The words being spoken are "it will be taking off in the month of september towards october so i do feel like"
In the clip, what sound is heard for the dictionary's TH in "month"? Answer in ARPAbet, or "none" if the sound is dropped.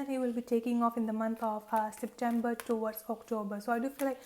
T